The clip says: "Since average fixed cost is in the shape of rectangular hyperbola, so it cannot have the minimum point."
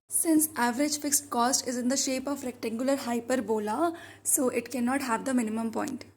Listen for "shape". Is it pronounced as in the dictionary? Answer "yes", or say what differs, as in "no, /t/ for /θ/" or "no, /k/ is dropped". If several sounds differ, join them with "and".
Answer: yes